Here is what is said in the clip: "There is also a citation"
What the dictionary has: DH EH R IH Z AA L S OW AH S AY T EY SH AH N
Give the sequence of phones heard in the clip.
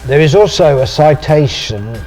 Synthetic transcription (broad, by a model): DH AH R IH Z AA L S OW AH S AY T EY SH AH N